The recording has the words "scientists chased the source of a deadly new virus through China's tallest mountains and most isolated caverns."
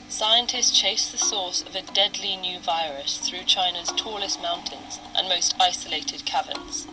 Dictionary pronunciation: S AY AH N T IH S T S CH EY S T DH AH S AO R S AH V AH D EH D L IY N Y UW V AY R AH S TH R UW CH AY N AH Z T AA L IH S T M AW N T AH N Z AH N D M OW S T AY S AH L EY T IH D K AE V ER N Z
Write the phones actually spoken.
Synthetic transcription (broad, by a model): S AY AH N T IH S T CH EY S DH AH S AO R S AH V AH D EH D L IY N Y UW V AY R AH S TH R UW CH AY N AH Z T AA L IH S T M AW N T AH N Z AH N M OW S T AY S AH L EY T IH D K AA V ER N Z